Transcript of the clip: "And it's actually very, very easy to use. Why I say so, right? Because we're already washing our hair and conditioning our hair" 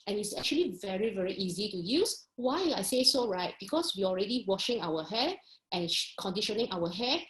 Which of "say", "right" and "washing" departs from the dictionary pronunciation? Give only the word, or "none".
none